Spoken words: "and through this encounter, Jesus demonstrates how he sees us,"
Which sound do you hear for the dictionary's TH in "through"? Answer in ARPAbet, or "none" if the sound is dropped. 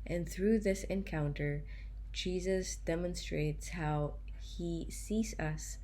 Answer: TH